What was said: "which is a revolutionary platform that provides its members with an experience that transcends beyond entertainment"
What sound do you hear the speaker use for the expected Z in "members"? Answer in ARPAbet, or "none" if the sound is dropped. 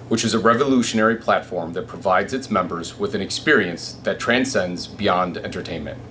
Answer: Z